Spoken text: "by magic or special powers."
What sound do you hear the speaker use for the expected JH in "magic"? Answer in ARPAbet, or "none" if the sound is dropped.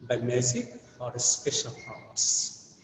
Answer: Z